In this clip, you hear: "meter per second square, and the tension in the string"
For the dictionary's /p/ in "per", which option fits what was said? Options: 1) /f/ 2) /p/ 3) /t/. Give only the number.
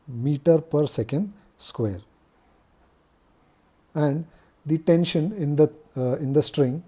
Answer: 2